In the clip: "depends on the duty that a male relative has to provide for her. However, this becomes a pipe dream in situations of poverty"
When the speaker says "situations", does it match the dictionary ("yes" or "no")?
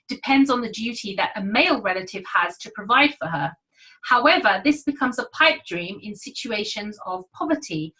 yes